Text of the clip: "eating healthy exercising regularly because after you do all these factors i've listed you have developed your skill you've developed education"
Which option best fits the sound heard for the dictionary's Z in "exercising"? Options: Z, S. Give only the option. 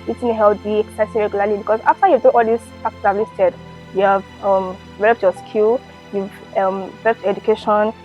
S